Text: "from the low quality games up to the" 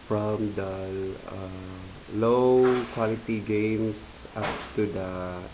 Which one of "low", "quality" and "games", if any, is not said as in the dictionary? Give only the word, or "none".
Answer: games